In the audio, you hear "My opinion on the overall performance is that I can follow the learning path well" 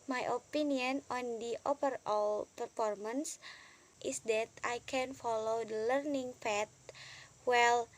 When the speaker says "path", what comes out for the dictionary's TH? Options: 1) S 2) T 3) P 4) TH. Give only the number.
2